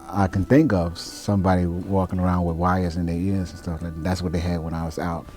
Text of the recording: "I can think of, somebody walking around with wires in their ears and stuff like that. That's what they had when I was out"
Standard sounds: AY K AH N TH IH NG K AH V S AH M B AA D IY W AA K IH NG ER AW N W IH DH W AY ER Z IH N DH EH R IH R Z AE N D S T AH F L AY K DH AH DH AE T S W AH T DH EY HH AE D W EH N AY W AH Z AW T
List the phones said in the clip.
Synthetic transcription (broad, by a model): AY K AH N TH IH NG K AH V S AH M B AA D IY W AA K IH NG ER AW N W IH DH W AY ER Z IH N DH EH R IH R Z N S T AH F L AY K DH DH AE T S W AH T DH EY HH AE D W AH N AY W AH Z AW T